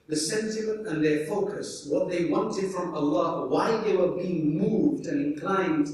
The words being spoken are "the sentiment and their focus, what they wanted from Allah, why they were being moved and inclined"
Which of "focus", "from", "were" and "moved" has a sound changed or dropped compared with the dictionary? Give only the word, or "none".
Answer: none